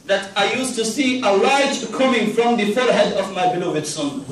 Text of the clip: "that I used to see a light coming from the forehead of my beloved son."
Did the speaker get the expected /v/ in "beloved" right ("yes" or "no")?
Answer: yes